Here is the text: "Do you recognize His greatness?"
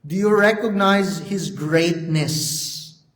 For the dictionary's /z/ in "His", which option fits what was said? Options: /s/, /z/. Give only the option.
/z/